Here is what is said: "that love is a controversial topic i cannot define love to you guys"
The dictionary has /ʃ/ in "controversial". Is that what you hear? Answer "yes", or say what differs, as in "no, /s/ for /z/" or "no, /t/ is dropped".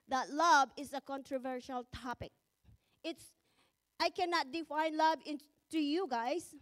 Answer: yes